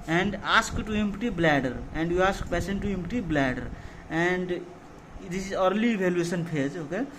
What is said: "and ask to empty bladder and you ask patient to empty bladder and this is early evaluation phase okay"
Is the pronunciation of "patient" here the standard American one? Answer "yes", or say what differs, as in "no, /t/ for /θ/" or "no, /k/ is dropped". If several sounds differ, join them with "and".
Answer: no, /s/ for /ʃ/